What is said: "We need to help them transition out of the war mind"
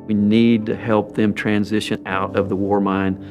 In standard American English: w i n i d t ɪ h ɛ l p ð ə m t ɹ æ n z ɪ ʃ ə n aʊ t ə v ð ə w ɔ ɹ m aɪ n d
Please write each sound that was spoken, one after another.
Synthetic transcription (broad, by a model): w i n i d t ɪ h ɛ l p ð ə m t ɹ æ n z ɪ ʃ ə n aʊ t ə v ð ə w ɔ ɹ m aɪ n